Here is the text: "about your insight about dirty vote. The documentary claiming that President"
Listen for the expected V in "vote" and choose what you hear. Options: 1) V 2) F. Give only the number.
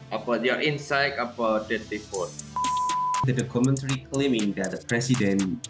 2